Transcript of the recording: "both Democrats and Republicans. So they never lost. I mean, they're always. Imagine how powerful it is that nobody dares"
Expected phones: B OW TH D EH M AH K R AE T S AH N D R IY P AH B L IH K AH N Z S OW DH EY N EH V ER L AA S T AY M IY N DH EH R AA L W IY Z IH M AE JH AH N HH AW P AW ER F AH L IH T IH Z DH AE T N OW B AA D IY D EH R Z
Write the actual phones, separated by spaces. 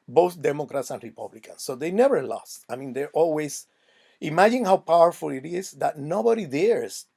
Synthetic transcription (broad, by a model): B OW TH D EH M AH K R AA T S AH N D R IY P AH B L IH K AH N S OW DH EY N EH V ER L AA S T AY M IY N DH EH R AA L W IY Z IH M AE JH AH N HH AW P AW ER F AH L IH T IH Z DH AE T N OW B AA D IY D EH R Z